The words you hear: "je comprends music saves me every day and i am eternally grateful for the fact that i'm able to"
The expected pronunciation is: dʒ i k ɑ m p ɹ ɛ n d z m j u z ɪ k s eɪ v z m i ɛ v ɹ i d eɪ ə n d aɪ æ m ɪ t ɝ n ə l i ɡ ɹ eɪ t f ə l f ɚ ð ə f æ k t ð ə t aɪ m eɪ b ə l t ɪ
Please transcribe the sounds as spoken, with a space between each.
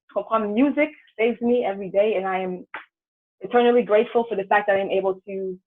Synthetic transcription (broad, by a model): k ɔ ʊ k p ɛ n m j u z ɪ k s eɪ v z m i ɛ v ɹ i d eɪ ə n aɪ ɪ m ɪ t ɝ n ə l i ɡ ɹ eɪ t f l f ɚ ð ə f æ k ð ə t aɪ m eɪ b l t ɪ